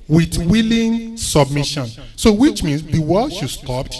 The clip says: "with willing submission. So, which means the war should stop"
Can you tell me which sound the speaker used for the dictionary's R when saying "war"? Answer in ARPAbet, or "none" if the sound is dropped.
L